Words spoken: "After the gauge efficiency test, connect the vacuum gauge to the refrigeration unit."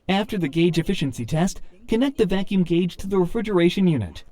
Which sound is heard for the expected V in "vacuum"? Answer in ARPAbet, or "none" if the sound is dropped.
V